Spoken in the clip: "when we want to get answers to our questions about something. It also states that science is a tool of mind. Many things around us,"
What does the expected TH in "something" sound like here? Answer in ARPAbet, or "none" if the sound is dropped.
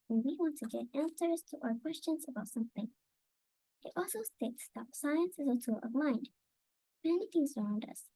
TH